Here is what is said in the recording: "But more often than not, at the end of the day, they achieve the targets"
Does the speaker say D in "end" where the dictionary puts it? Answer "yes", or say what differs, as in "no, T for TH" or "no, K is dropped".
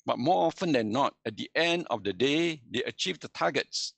yes